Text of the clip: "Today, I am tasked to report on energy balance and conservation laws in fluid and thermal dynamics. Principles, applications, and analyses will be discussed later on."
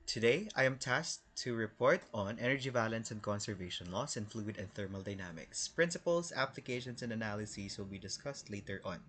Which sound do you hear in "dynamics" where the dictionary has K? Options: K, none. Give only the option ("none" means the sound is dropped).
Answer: K